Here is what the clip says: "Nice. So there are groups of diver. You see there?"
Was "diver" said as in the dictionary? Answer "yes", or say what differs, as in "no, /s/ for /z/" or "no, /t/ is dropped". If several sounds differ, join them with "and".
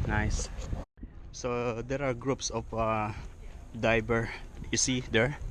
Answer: no, /b/ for /v/